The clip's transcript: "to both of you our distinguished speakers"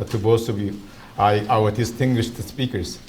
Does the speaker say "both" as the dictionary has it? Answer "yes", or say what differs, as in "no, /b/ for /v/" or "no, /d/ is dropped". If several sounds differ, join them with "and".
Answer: no, /s/ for /θ/